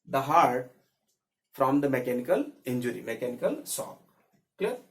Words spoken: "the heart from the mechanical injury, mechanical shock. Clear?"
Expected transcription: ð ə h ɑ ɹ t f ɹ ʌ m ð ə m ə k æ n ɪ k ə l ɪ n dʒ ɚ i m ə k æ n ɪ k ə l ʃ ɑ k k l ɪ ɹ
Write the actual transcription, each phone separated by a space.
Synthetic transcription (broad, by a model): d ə h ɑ ɹ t f ɹ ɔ m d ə m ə k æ n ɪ k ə l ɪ n dʒ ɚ i m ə k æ n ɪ k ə l s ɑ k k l